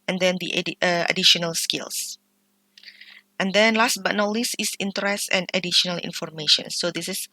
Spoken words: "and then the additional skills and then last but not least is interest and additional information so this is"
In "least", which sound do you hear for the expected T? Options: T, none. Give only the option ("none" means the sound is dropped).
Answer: none